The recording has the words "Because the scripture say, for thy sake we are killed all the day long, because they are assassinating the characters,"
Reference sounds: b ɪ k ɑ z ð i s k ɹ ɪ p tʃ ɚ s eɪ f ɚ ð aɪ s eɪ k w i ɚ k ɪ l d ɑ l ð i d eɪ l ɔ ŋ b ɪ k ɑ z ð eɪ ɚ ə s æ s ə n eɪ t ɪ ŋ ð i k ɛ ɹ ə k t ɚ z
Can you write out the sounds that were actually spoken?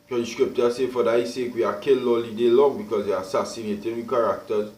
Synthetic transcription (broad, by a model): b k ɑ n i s k ɹ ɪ p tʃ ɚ s eɪ f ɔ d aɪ s eɪ k w i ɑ k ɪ l ɑ l i d eɪ l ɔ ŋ b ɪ k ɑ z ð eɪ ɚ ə s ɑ s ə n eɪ t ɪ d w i k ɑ ɹ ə k t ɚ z